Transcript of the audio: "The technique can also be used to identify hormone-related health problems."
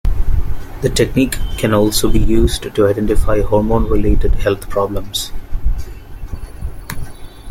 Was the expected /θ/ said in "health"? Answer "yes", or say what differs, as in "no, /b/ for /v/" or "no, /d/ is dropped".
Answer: no, /t/ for /θ/